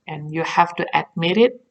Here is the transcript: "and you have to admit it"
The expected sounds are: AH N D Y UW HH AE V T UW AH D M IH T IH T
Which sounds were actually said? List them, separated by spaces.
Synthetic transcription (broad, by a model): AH N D Y UW HH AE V T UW AH D M IH T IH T